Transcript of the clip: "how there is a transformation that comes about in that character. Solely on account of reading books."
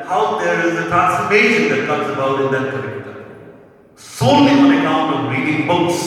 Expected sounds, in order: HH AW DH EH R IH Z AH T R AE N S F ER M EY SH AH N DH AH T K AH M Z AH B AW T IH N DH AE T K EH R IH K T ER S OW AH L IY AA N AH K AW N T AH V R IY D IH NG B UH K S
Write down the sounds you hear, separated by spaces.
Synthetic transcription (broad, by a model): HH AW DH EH R IH Z AH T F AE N S ER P EY SH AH N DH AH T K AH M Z AH B AW T IH N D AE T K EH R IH K T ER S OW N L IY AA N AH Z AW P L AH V R IY D IH NG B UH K S